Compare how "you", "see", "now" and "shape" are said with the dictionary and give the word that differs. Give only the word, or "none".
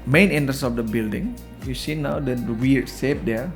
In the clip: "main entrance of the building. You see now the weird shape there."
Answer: shape